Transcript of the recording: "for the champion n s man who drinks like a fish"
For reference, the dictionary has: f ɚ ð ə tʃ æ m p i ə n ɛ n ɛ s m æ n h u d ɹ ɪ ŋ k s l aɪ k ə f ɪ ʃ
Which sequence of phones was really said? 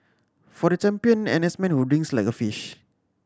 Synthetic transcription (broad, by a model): f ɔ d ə tʃ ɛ m p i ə n ɛ n ɛ s m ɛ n h u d ɪ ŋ s l aɪ k ə f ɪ ʃ